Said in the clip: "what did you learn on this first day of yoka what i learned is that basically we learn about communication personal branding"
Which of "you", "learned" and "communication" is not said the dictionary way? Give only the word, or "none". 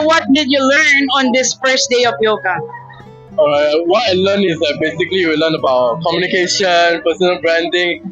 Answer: learned